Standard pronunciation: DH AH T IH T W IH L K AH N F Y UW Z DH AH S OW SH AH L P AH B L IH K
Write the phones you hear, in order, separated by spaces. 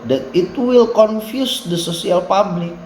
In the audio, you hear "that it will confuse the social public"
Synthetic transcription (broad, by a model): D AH T IH T W IH L K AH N F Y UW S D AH S OW S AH L P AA B L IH K